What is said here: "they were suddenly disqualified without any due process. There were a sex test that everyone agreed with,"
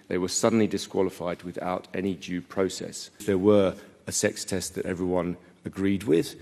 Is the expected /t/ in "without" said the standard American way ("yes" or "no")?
yes